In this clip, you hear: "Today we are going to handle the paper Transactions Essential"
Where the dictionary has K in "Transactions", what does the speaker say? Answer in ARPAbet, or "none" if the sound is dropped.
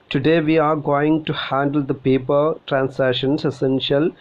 none